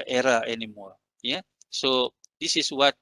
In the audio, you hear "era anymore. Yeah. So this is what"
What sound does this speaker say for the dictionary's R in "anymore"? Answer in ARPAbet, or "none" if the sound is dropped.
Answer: L